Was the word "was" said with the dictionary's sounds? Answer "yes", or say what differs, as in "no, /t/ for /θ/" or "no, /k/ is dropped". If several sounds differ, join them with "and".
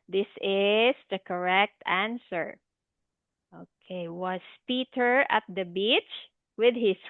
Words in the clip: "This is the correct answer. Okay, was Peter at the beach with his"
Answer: no, /s/ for /z/